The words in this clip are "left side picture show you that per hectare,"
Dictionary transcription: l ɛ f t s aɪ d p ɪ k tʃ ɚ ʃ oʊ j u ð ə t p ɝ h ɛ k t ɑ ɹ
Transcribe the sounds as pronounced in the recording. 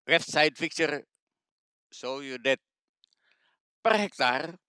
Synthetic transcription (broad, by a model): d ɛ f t s aɪ d f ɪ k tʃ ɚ s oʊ j u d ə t p ɝ h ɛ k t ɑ ɹ